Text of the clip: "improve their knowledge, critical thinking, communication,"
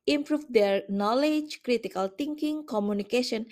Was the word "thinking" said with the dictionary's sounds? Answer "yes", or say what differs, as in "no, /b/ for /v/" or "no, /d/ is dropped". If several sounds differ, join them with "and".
no, /t/ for /θ/